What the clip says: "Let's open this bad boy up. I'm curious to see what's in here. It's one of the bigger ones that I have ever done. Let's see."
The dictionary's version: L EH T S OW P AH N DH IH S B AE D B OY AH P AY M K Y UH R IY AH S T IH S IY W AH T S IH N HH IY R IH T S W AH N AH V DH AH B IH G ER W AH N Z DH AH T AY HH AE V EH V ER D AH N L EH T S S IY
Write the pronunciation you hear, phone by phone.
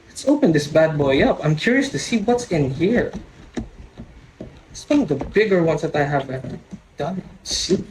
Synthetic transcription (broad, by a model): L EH T S OW P AH N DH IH S B AE D B OY AH P AY M K Y UH R IY AH S T IH S IY W AH T S IH N HH IY R IH T S W AH N AH V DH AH B IH G ER W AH N S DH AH T AY HH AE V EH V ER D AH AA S S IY